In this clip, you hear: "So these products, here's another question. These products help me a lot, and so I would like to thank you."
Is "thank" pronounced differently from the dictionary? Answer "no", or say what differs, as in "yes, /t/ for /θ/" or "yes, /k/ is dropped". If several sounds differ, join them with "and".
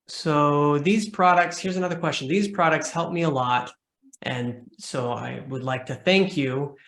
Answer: no